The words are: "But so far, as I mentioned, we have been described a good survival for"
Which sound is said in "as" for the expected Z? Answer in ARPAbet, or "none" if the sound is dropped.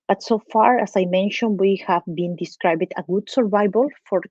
S